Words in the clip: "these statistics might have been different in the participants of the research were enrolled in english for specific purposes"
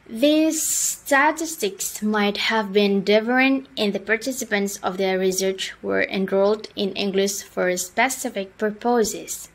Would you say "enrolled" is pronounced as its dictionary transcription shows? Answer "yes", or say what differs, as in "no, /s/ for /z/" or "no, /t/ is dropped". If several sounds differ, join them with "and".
yes